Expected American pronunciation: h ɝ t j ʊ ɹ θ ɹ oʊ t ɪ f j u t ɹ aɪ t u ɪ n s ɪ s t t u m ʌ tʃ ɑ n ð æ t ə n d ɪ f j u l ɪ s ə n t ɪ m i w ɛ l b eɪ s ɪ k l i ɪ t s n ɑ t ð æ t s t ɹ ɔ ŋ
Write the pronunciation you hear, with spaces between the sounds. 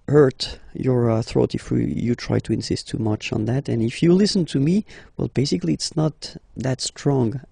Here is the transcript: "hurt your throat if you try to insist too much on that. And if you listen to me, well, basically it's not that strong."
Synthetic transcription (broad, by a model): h ɝ t j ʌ ɹ θ ɹ oʊ t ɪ f j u t ɹ aɪ t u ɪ n s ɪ s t t u m ʌ tʃ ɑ n ð æ t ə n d ɪ f j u l ɪ s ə n t ɪ m i w ɛ l b eɪ s ɪ k l i ɪ t s n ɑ t ð æ t s t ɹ ɔ ŋ